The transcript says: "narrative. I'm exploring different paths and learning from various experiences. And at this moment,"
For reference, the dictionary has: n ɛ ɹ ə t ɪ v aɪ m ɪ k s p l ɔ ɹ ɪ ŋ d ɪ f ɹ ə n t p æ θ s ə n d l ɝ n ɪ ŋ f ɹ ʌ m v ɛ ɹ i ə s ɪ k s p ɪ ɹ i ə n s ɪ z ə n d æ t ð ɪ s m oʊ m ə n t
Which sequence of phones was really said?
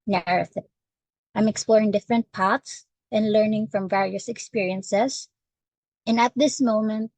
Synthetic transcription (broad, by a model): n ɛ ɹ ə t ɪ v aɪ m ɪ k s p l ɔ ɹ ɪ ŋ d ɪ f ɹ ə n t p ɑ t s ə n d l ɝ n ɪ ŋ f ɹ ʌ m v ɛ ɹ i ə s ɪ k s p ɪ ɹ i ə n s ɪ s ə n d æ t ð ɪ s m oʊ m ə n t